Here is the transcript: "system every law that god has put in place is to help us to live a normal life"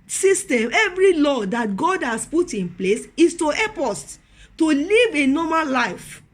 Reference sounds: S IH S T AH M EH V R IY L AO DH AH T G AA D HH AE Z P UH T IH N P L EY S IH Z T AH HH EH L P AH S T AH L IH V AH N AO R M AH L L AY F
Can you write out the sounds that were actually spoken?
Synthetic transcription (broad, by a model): S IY S T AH M EH V R IY L AO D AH T G AA D HH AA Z P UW T IH N P L EY S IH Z T AH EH P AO S T AH L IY V AH N AO M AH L L AY F